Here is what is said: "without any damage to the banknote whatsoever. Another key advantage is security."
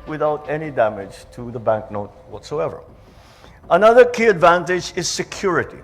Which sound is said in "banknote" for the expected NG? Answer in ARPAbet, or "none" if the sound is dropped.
NG